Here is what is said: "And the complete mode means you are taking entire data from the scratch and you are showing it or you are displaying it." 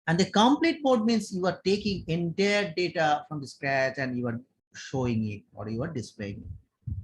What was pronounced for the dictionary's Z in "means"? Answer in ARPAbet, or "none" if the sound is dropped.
S